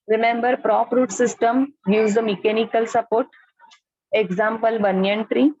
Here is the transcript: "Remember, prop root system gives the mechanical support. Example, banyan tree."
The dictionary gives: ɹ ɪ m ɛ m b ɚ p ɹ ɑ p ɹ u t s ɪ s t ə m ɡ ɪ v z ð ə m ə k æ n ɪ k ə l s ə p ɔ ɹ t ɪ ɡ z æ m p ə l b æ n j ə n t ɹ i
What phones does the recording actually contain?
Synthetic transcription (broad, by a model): ɹ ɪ m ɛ m b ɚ p ɹ ɑ p ɹ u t s ɪ s t ə m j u z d ə m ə k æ n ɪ k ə l s ə p ɔ ɹ t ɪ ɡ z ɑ m p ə l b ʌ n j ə n t ɹ i